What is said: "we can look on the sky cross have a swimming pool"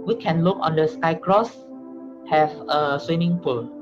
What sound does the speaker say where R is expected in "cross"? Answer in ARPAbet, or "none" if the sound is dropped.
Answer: R